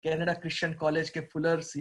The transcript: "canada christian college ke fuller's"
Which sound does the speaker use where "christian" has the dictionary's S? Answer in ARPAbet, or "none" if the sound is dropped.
SH